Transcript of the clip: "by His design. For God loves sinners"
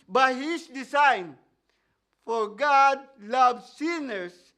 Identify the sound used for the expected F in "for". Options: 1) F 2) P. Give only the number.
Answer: 1